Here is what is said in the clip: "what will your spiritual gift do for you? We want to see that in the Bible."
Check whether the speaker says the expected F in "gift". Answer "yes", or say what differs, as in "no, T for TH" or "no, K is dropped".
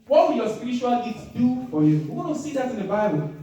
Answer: no, F is dropped